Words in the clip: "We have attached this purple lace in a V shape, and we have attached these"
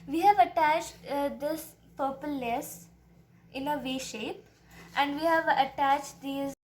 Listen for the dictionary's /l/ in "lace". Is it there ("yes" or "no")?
no